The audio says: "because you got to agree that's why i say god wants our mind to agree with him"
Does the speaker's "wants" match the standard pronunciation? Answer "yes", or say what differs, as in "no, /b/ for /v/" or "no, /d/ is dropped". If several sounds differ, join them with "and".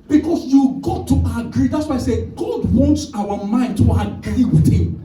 yes